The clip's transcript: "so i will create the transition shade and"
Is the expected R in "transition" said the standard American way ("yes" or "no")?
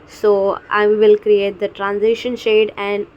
yes